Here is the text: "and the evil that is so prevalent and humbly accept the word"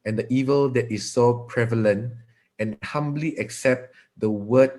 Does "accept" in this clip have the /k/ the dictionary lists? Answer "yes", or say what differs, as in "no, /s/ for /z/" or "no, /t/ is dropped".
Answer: yes